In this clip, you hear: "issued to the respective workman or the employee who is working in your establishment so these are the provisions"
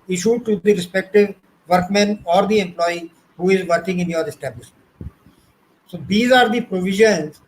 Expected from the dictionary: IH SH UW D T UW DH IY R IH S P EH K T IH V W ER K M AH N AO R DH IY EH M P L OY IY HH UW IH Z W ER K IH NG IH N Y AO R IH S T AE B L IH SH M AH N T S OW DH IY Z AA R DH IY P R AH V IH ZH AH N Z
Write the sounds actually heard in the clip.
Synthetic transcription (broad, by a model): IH SH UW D T UW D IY R IH S P EH K T IH V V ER K M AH N AO R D IY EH M P L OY IY HH UW IH Z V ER K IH NG IH N Y AO R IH S T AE B L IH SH M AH T S OW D IY Z AA R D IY P R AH V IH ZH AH N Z